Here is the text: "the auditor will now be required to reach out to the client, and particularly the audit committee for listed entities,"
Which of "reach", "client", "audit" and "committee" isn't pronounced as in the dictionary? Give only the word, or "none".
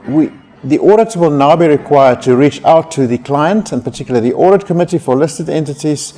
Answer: none